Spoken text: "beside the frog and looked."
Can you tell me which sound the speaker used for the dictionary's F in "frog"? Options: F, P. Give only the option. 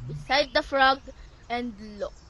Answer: F